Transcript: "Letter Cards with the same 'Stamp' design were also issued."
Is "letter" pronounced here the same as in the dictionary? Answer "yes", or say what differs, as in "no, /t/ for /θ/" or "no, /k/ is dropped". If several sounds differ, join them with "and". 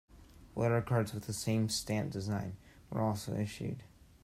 no, /w/ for /l/